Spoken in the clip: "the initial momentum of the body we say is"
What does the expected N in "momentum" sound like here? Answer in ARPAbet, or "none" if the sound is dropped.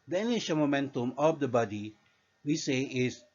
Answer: N